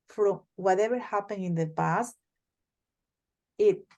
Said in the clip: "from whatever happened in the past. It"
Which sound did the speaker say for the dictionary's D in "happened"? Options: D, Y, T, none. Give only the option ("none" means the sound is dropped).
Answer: none